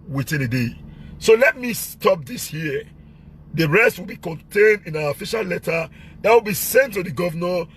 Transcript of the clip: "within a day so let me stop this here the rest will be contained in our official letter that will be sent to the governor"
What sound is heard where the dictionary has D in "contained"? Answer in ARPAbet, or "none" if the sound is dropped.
D